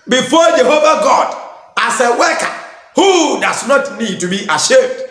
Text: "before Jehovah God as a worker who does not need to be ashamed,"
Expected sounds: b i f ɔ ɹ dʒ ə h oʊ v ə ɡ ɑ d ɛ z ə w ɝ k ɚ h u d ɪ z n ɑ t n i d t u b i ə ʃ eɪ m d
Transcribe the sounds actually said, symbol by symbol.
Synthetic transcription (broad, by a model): b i f ɔ dʒ ə h oʊ v ə ɡ ɑ d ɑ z ə w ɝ k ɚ h u d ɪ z n ɑ t n i d t u b i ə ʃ eɪ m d